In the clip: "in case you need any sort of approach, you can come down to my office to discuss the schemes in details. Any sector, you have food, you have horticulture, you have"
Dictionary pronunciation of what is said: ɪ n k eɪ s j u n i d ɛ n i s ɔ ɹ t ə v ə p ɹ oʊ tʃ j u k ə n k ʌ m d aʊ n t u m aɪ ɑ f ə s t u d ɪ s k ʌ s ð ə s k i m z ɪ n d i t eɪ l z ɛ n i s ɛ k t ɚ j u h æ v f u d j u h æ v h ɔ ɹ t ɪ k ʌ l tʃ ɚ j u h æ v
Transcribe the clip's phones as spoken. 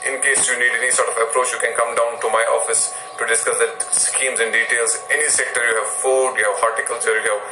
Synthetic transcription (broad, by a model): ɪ n k eɪ s j u n i d ɛ n i s ɔ ɹ t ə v ə p ɹ oʊ tʃ j u k ə n k ʌ m d aʊ n t u m aɪ ɑ f ə s t u d ɪ s k ʌ s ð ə s k i m z ɪ n d i t eɪ l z ɛ n i s ɛ k t ɚ j u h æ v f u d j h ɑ ɹ t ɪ k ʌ l s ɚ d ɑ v